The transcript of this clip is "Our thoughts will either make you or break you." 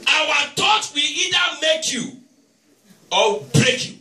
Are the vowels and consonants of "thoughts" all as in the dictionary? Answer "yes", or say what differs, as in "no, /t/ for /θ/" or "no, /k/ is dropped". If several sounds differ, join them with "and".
no, /t/ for /θ/ and /s/ is dropped